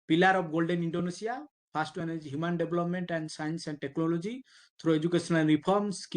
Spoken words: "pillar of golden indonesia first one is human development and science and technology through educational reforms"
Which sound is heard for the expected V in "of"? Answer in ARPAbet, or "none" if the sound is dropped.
B